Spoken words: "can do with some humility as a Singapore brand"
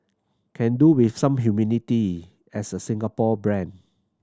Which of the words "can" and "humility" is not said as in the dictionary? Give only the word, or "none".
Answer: humility